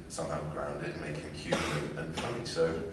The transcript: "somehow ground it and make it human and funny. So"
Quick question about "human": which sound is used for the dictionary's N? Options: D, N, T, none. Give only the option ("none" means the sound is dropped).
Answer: none